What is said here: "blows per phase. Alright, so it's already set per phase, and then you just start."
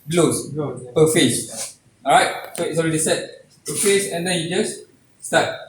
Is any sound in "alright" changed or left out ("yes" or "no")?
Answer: yes